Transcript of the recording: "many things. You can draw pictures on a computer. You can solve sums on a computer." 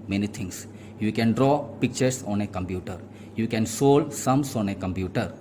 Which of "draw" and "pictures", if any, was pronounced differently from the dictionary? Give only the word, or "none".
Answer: pictures